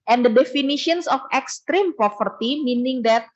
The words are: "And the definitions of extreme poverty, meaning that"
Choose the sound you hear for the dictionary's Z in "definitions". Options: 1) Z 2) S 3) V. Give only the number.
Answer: 2